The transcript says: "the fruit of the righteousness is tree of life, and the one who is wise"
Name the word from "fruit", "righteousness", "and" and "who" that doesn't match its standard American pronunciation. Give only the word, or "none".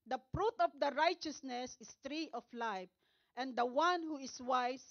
fruit